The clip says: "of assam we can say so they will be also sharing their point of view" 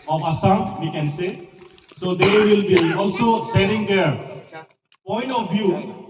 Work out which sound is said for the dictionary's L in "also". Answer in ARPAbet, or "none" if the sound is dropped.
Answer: L